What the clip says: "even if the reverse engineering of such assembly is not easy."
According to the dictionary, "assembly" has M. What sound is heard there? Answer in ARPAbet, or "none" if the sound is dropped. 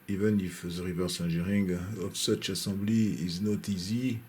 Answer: none